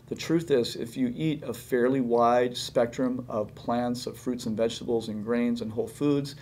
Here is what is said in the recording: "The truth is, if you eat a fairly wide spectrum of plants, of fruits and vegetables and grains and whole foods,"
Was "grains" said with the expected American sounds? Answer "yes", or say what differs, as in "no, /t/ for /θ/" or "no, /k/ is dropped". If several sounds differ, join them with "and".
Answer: yes